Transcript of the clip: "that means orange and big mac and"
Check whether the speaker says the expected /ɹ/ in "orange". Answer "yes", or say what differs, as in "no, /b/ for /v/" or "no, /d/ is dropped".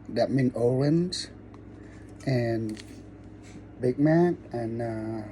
no, /l/ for /ɹ/